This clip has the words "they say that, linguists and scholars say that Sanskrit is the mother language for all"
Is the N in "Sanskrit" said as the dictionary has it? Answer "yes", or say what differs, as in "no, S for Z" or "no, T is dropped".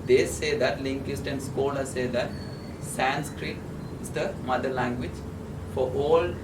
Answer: yes